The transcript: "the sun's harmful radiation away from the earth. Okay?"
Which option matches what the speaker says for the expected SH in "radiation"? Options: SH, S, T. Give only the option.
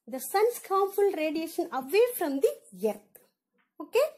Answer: SH